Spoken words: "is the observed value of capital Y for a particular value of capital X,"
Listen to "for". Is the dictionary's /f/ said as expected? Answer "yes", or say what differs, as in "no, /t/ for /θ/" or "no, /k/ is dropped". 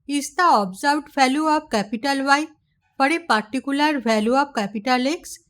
no, /p/ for /f/